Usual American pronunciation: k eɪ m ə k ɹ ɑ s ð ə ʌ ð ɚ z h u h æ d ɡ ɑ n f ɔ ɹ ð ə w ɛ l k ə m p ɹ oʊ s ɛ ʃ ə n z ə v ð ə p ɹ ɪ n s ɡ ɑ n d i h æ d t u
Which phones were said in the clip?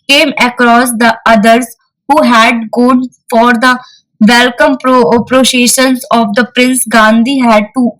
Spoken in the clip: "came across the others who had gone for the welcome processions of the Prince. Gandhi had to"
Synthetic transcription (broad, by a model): k eɪ m ə k ɹ ɑ s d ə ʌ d ɚ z h u h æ d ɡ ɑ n f ɔ ɹ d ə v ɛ l k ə m p ɹ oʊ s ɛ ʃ ə n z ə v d ə p ɹ ɪ n s ɡ ɑ n d i h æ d t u